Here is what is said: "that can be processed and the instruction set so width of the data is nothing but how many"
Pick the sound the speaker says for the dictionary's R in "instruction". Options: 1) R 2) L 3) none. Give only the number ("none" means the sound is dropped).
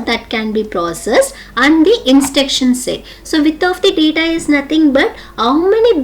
3